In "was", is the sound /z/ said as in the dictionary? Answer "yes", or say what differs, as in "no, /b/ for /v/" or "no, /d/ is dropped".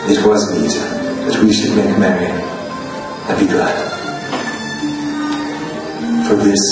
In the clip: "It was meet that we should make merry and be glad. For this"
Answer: yes